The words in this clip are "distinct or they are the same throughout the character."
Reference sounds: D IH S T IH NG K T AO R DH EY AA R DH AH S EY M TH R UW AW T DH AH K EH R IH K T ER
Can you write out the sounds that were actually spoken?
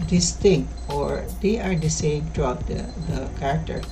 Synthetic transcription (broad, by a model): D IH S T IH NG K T AO R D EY AA R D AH S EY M T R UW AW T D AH K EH R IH K T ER